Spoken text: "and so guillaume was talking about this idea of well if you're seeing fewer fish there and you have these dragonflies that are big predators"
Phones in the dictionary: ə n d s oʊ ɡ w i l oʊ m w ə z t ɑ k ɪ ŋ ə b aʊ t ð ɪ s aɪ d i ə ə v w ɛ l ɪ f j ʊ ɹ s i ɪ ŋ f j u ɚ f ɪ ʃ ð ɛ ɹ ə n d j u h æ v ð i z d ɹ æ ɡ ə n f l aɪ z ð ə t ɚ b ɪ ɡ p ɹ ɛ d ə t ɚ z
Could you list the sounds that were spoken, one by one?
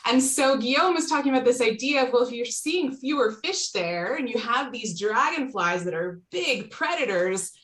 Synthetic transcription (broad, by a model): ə n s oʊ ɡ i oʊ m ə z t ɑ k ɪ ŋ ə b aʊ t ð ɪ s aɪ d i ə ə v w ɛ l ɪ f j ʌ ɹ s i ɪ ŋ f j u ɚ f ɪ ʃ ð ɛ ɹ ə n j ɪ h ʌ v ð i z d ɹ æ ɡ ə n f l aɪ z ð ə t ɚ b ɪ ɡ p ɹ ɛ d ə t ɚ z